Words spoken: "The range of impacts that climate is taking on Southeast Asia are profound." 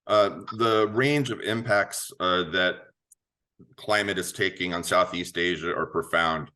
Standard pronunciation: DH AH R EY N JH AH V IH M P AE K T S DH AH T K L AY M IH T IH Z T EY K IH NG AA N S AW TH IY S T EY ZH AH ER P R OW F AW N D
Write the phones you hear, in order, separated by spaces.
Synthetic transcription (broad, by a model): DH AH R EY N JH AH V IH M P AE K T S DH AH T K L AY M IH T IH Z T EY K IH NG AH N S AW TH IY S T EY ZH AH ER P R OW F AW N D